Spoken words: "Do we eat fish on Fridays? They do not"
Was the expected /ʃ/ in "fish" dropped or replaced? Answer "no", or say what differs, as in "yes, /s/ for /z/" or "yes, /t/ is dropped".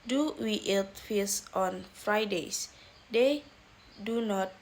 yes, /s/ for /ʃ/